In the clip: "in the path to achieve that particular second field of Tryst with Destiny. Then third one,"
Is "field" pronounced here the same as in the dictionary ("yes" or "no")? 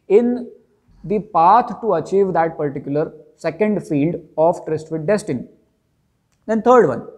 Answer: yes